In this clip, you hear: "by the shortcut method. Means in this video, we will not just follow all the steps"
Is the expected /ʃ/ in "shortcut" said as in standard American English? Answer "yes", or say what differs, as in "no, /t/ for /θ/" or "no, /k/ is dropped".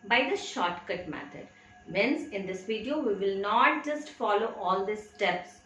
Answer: yes